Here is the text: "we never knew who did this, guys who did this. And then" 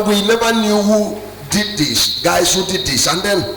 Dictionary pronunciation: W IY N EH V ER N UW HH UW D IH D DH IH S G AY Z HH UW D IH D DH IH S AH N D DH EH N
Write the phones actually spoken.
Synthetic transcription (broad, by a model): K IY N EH B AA N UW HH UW D IH D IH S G AY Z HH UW D IH D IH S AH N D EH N